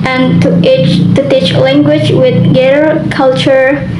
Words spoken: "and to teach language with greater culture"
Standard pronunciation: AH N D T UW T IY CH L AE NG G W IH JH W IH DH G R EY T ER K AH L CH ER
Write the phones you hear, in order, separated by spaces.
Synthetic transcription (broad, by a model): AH N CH T UW T IY CH L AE NG G W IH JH W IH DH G EY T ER K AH L CH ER